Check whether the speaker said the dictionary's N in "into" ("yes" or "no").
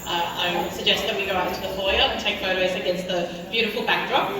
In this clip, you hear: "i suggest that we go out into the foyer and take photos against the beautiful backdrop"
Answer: no